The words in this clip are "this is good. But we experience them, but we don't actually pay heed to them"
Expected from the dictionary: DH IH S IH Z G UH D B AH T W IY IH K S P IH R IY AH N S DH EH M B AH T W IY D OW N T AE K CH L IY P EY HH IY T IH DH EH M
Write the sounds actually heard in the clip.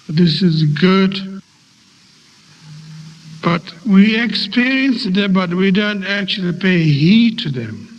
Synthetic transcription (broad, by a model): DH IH S IH Z G UH D B AH T W IY IH K S P IH R IY AH N S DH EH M B AH T W IY D OW N T AE K CH L IY P EY HH IY T IH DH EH M